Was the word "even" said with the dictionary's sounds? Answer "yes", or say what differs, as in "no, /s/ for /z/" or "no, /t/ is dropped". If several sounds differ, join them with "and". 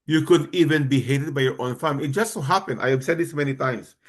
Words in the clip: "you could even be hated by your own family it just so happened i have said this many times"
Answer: yes